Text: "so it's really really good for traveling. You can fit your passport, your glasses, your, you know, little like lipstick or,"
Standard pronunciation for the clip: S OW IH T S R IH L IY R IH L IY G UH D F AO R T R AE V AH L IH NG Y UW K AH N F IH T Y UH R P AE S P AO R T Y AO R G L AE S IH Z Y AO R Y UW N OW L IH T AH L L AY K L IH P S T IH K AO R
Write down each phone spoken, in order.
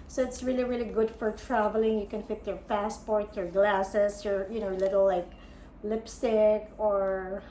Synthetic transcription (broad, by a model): S OW IH T S R IH L IY R IH L IY G UH D F AO R T R AE V AH L IH NG Y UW K AH N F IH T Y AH R P AE S P AO R T Y AO R G L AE S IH S Y AO R Y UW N OW L IH T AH L L AY K L IH P S T IH K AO R